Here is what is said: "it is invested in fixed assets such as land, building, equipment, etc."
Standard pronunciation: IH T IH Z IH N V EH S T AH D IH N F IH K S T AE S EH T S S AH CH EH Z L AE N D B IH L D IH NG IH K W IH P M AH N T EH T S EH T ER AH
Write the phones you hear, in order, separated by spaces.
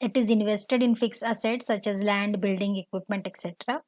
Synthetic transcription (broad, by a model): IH T IH Z IH N V EH S T AH D IH N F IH K S AE S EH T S S AH CH EH Z L AE N D B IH L D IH NG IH K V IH P M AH N T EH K S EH T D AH